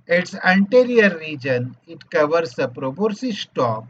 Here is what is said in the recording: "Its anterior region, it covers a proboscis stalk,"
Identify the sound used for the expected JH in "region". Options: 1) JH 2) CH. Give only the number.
1